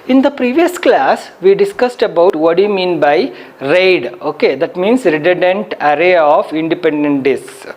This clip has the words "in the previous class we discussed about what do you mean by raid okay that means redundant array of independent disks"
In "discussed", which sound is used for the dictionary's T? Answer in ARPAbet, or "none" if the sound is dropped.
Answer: T